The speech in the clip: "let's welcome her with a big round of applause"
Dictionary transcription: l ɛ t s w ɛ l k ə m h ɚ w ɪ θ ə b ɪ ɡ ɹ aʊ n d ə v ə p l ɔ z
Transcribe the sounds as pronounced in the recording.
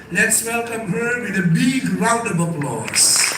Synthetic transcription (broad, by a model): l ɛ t s w ɛ l k ə m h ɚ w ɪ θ ə b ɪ ɡ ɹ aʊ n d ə b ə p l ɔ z